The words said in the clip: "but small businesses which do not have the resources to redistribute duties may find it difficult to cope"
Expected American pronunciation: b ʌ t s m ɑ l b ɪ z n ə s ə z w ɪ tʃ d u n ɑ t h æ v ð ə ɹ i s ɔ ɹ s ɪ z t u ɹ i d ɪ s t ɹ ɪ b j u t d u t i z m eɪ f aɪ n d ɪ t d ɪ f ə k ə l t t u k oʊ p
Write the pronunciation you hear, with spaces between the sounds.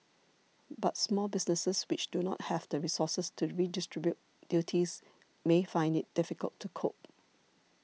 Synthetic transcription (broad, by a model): b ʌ t s m ɑ l b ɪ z n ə s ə s w ɪ tʃ d u n ɑ t h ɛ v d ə ɹ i s ɔ s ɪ s t u ɹ i d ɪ s t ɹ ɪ b j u t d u t i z m eɪ f aɪ n d ɪ t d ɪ f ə k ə l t t u k oʊ p